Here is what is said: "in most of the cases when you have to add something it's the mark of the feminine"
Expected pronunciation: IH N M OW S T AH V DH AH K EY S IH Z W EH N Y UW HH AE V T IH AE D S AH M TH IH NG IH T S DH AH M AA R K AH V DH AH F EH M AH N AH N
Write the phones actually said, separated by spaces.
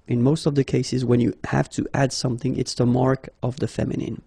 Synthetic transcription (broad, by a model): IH N M OW S T AH V DH AH K EY S IH Z W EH N Y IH HH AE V T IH AE D S AH M TH IH NG IH T S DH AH M AA R K AH V DH AH F EH M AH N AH N